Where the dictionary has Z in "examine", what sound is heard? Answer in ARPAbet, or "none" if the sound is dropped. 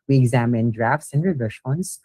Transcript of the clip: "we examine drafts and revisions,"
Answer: Z